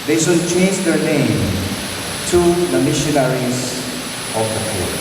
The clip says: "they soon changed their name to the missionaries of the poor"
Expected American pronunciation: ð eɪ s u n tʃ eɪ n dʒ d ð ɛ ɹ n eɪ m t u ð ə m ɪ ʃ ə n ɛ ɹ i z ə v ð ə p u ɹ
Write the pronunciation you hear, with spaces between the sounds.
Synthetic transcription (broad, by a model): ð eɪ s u l tʃ eɪ n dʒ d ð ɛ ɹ n eɪ m t u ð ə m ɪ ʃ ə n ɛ ɹ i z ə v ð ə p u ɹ